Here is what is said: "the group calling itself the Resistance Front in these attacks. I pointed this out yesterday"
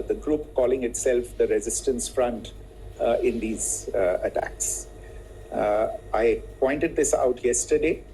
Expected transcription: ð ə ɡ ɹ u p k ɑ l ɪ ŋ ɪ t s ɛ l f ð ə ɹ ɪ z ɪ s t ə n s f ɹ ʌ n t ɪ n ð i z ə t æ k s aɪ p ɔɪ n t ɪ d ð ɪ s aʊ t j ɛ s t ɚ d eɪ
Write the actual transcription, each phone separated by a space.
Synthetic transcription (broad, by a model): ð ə ɡ ɹ u p k ɑ l ɪ ŋ ɪ t s ɛ l f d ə ɹ ɪ z ɪ s t ə n s f ɹ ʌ n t ɪ n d i z ə t æ k s aɪ p ɔɪ n t ɪ d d ɪ s aʊ t j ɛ s t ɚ d eɪ